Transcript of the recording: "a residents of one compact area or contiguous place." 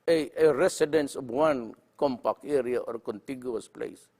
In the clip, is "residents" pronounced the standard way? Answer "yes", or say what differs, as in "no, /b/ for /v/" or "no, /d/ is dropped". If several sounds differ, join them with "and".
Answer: no, /s/ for /z/